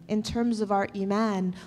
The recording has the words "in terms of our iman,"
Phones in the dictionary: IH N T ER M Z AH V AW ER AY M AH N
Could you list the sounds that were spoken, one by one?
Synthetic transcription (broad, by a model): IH N T ER M Z AH V AW ER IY M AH N